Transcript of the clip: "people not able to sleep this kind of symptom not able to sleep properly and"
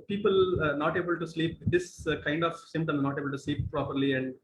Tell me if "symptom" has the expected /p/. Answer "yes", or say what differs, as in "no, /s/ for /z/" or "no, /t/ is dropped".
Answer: no, /p/ is dropped